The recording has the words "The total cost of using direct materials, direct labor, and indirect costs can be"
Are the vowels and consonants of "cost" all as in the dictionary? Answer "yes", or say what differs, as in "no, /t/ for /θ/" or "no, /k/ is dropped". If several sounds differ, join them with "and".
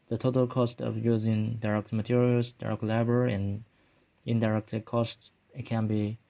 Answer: yes